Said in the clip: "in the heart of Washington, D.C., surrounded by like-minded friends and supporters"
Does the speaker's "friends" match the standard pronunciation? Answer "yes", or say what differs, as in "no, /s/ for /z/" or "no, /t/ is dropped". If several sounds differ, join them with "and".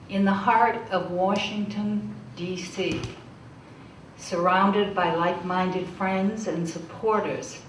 yes